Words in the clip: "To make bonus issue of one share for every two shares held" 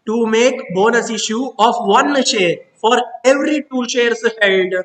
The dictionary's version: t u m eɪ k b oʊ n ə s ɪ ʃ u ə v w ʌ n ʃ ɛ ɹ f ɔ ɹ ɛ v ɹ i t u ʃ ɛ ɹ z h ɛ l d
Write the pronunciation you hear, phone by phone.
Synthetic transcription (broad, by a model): t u m eɪ k b oʊ n ə s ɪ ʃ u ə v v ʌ n ʃ ɛ ɹ f ɔ ɹ ɛ v ɹ i t u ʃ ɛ ɹ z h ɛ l d